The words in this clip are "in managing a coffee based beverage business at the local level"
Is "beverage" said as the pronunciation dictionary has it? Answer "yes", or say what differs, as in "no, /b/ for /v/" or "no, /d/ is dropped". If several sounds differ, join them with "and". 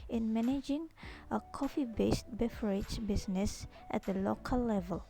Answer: no, /f/ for /v/